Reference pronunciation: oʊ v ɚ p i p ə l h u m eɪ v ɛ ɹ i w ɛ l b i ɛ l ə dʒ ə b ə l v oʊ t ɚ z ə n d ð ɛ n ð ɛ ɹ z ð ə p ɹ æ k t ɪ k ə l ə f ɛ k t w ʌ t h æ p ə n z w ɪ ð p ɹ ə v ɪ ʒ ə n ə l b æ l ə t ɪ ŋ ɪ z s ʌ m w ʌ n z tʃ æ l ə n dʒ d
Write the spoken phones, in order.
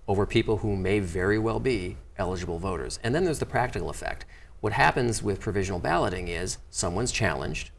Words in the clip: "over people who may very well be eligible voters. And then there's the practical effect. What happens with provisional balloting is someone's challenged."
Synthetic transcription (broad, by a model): oʊ v ɚ p i p l h u m eɪ v ɛ ɹ i w ɛ l b i ɛ l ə dʒ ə b l v oʊ t ɚ z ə n ð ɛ n ð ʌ ɹ z ð ə p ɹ æ k t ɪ k l ə f ɛ k t w ʌ t h æ p ə n z w ɪ ð p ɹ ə v ɪ ʒ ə n l b æ l ə t ɪ ŋ ɪ z s ʌ m w ʌ n z tʃ æ l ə n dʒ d